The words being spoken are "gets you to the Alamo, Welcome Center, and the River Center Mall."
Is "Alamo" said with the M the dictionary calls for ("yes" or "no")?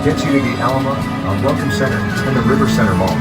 no